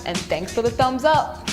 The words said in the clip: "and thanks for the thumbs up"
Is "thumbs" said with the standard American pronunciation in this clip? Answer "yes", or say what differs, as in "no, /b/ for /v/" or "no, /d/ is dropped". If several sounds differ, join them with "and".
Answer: yes